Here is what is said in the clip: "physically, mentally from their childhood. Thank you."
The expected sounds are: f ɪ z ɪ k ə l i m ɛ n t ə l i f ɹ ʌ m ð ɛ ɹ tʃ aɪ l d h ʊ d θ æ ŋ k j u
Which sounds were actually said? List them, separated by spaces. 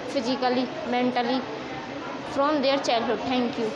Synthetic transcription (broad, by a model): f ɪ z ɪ k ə l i m ɛ n t ə l i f ɹ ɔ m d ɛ ɹ tʃ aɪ l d h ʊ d t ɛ ŋ k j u